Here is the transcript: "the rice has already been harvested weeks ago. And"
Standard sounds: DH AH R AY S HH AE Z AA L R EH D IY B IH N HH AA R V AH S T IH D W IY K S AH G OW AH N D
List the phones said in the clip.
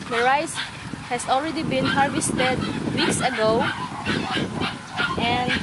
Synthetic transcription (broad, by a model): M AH R AY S HH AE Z AA L R EH D IY B IH N HH AA R V AH S T IH D W IY K S AH G OW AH N